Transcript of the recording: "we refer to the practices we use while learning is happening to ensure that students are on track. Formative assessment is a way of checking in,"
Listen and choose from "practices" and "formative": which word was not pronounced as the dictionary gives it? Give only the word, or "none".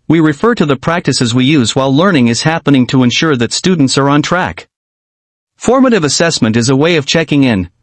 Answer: none